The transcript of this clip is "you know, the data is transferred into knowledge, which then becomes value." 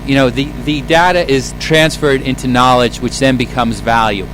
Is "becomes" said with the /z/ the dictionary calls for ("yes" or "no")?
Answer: yes